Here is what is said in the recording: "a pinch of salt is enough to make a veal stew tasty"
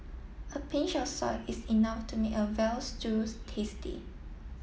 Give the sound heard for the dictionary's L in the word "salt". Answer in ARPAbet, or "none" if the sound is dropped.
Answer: none